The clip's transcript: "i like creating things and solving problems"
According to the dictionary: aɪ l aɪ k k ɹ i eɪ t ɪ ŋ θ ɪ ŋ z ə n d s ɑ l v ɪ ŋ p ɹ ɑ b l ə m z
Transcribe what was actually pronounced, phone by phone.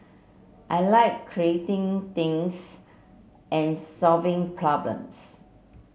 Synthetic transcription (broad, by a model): aɪ l aɪ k k ɹ i eɪ t ɪ ŋ t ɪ ŋ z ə n s ɑ l v ɪ ŋ p ɹ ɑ b l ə m s